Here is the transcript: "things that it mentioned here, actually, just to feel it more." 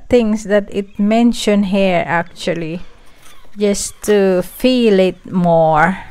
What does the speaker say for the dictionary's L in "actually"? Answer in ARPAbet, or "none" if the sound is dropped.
L